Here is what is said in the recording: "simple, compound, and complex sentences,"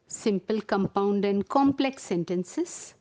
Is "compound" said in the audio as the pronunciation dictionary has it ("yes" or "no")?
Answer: yes